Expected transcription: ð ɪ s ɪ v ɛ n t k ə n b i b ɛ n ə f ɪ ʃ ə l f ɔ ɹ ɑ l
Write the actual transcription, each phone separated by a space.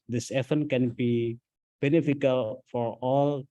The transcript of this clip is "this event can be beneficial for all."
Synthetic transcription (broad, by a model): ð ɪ s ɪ f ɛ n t k ə n b i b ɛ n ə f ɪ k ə l f ɔ ɹ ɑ l